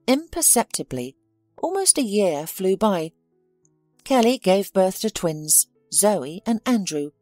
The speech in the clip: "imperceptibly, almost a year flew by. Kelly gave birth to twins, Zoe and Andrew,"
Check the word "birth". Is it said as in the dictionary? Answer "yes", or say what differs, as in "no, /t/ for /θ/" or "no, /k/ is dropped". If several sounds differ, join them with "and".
yes